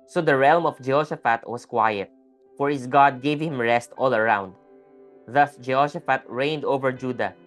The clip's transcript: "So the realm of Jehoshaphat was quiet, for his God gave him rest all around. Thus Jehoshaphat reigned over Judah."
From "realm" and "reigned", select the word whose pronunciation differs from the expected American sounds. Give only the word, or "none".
none